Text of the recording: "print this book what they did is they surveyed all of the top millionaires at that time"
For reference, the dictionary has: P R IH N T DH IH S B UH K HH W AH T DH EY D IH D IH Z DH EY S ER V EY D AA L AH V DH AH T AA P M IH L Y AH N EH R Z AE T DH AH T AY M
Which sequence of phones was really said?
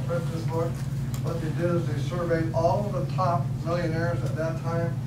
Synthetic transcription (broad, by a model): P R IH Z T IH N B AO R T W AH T DH EY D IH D IH Z DH EY S ER V EY D AA L AH V DH AH T AA P M IH L Y AH N EH R Z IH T DH AH T AY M